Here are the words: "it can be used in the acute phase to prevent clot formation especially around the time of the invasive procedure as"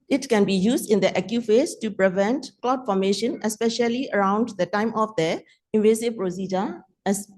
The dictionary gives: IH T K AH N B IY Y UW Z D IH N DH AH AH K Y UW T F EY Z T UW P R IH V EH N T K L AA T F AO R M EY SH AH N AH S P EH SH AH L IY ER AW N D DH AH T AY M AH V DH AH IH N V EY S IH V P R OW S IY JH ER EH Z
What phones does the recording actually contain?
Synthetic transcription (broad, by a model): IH T K AH N B IY Y UW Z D IH N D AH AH K Y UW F EY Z T UW P R IH V EH N T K L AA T F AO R M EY SH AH N AH S P EH SH AH L IY ER AW N D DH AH T AY M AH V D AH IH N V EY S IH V P R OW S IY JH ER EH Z